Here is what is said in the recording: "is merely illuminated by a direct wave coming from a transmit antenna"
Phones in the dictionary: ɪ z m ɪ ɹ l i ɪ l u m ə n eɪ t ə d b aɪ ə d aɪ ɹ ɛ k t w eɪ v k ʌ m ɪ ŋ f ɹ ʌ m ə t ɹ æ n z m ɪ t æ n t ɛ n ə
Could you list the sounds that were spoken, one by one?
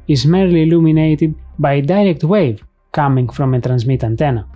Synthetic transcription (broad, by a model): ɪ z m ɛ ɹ l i l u m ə n eɪ t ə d b aɪ d aɪ ɹ ɛ k t w eɪ v k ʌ m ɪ ŋ f ɹ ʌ m ə t ɹ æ n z m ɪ t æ n t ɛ n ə